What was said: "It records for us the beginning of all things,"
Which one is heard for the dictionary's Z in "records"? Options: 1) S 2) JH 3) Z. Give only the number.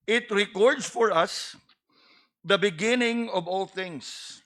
1